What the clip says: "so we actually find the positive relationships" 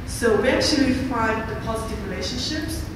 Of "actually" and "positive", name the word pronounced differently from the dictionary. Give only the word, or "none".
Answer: none